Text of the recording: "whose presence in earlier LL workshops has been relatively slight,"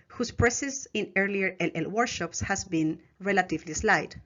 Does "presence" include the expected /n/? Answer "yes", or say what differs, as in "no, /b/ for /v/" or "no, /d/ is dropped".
no, /n/ is dropped